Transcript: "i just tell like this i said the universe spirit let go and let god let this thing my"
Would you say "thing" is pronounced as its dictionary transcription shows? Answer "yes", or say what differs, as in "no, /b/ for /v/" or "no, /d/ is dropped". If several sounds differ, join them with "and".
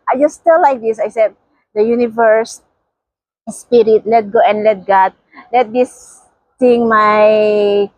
no, /t/ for /θ/